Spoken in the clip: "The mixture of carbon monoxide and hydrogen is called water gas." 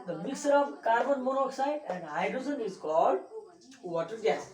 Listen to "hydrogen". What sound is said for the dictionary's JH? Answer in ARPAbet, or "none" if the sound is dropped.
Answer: Z